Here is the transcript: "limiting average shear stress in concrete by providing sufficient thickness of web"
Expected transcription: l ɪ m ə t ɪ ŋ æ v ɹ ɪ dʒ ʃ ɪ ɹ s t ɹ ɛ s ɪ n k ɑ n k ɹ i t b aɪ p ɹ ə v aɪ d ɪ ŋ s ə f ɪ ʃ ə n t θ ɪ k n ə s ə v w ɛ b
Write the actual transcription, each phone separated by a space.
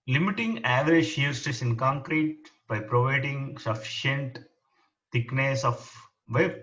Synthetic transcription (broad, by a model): l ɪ m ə t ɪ ŋ æ v ɹ ɪ dʒ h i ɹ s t ɪ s ɪ n k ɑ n k ɹ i t b aɪ p ɹ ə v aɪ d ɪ ŋ s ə f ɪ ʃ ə n t t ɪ k n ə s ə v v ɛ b